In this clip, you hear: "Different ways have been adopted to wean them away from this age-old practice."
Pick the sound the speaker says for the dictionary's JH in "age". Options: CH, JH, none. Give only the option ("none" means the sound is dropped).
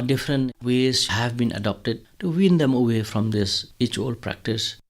CH